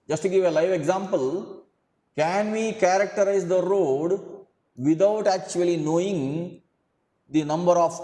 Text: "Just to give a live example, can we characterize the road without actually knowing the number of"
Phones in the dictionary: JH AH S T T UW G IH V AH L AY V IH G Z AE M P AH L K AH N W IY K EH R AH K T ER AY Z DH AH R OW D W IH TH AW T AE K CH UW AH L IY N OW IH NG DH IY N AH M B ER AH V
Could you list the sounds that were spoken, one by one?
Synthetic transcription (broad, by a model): JH AH S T T UW G IH V AH L AY V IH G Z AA M P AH L K AH N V IY K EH R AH K T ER AY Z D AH R OW D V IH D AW T AE K CH UW AH L IY N OW IH NG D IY N AH M B ER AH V